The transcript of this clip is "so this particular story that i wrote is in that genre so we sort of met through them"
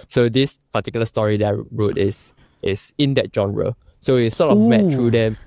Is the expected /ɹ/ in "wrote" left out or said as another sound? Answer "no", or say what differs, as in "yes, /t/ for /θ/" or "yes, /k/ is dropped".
no